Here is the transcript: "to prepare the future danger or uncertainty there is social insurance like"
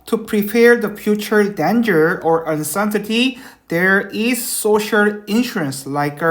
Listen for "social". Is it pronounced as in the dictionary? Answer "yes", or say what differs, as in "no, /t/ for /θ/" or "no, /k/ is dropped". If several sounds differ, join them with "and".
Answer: yes